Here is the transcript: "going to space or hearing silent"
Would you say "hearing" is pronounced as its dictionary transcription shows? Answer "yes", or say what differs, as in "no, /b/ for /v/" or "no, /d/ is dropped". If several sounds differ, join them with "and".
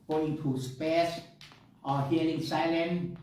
no, /l/ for /ɹ/